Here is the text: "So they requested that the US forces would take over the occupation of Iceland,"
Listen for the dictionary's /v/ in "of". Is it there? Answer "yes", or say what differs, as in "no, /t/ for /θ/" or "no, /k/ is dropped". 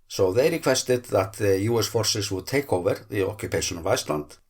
yes